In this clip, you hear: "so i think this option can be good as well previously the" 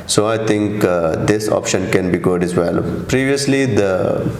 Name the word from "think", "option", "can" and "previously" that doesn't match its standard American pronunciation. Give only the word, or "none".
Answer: think